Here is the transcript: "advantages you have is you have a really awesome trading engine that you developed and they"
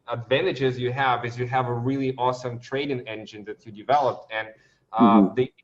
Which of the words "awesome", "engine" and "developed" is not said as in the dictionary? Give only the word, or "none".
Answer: none